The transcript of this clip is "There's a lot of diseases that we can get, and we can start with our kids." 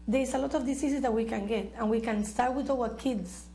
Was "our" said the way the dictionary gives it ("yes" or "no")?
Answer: no